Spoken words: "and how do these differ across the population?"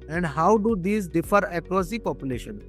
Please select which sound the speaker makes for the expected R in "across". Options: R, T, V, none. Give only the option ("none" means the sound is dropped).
none